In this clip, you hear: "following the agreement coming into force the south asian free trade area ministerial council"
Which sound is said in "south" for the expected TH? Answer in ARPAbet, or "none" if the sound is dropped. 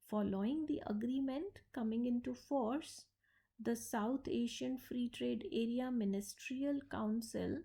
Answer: T